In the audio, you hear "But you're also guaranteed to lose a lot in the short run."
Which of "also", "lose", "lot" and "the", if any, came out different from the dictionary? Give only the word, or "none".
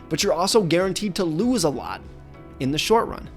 none